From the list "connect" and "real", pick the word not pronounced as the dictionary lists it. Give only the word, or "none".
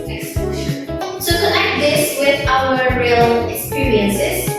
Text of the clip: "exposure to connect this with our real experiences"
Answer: connect